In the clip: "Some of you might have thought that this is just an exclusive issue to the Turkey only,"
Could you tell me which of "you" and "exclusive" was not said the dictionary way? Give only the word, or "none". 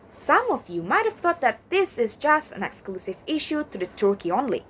none